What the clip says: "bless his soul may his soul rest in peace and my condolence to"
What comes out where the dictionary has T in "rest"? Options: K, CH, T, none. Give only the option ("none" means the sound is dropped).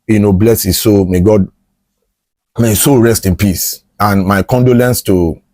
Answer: T